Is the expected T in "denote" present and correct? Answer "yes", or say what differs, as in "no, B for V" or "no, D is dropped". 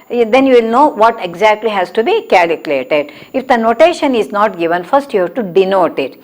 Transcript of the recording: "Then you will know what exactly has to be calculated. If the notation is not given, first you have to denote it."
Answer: yes